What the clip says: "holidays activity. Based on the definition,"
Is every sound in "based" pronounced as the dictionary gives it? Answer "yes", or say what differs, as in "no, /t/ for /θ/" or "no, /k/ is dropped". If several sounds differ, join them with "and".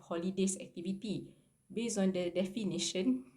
no, /t/ is dropped